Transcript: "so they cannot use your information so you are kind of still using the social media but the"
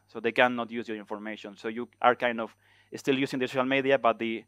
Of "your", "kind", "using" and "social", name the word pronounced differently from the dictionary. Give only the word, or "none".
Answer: using